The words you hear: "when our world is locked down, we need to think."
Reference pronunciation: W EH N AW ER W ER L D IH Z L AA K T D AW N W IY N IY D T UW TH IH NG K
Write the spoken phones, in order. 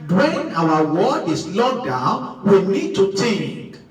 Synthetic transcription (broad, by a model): W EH N AW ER W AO D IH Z L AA D AW N W IY N IY D T UW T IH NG K